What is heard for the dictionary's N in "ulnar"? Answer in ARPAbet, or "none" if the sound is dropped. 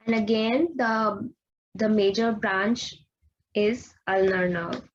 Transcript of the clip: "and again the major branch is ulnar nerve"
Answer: N